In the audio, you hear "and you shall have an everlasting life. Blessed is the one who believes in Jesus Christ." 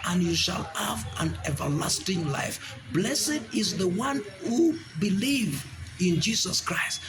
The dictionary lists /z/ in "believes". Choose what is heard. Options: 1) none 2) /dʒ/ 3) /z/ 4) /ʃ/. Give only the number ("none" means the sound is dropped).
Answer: 1